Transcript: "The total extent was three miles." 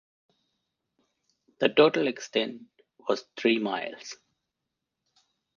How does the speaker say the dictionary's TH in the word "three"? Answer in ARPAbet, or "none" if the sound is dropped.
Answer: T